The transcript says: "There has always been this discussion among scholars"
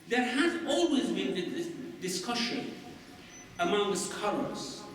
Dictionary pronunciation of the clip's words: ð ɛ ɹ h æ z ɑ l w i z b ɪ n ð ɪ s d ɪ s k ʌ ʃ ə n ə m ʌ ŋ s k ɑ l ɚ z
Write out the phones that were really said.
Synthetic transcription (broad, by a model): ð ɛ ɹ h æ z ɑ l w i z b ɪ n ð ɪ d ɪ s k ʌ ʃ ə n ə m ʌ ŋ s k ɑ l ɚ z